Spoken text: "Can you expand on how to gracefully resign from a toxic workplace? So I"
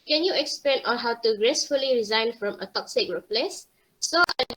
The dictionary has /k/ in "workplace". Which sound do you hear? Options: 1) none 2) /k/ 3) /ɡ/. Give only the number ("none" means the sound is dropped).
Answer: 1